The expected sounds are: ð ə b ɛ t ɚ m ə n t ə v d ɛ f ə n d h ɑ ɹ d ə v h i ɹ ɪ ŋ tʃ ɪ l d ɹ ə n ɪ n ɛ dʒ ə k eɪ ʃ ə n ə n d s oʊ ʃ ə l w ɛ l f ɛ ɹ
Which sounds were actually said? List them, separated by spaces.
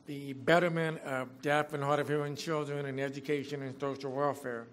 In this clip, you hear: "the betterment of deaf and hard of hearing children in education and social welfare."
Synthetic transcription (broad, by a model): ð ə b ɛ t ɚ m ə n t ə v d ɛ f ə n h ɑ ɹ d ə v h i ɪ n tʃ ɪ l d ɹ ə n ɪ n ɛ dʒ ə k eɪ ʃ ə n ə n s oʊ ʃ l w ɛ l f ɛ ɹ